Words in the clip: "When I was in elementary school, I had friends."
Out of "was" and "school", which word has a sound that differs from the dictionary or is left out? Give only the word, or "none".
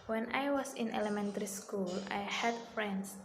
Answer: was